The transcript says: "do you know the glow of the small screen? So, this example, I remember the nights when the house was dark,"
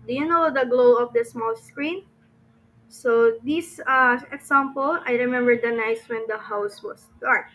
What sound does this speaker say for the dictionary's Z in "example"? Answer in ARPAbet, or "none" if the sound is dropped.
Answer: S